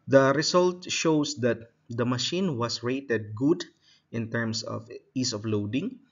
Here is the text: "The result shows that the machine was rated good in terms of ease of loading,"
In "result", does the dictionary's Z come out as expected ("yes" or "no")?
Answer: no